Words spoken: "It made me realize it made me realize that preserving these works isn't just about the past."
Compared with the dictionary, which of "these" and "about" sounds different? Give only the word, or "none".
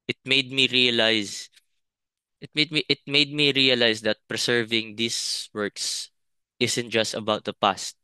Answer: these